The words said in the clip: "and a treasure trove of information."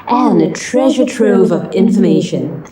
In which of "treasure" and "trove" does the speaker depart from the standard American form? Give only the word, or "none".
none